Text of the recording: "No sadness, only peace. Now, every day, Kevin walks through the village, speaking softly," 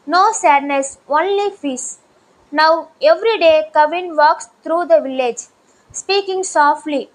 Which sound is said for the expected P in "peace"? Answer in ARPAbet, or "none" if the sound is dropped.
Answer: F